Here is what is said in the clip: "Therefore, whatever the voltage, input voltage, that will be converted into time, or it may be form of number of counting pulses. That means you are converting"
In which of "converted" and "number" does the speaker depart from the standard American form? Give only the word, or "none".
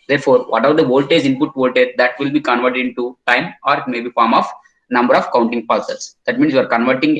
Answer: none